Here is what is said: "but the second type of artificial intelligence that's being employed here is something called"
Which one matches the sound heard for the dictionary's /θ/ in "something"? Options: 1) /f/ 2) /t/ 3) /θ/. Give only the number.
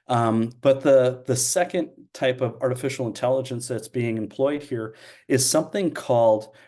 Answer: 3